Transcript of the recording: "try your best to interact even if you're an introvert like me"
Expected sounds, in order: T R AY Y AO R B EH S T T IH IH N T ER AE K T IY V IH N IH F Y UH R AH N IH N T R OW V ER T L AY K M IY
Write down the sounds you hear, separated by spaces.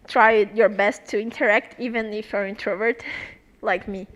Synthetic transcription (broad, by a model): T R AY Y AO R B EH S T T IH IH N T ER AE K T IY V IH N IH F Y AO R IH N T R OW V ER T L AY K M IY